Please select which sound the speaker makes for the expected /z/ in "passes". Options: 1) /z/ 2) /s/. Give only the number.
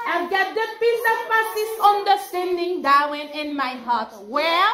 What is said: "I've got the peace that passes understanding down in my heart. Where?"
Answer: 2